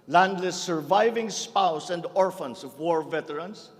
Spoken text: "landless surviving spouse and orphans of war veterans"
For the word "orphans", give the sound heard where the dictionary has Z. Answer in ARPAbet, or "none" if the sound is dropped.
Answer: S